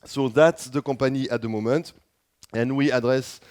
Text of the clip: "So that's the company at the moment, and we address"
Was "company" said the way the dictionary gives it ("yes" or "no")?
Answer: no